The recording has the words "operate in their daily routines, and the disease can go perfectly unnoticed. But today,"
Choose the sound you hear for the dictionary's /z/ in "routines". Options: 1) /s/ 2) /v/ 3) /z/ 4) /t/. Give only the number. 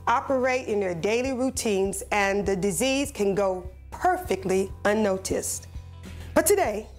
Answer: 3